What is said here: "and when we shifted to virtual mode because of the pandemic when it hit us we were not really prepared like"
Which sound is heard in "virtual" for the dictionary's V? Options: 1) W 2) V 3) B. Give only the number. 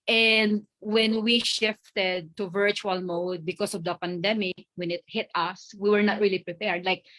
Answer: 2